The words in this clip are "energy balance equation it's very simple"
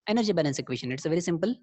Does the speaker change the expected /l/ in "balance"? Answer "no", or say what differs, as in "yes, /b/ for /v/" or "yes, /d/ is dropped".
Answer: yes, /n/ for /l/